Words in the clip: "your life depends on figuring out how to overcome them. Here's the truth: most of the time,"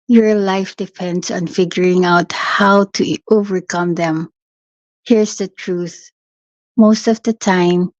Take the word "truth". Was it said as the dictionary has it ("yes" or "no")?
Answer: yes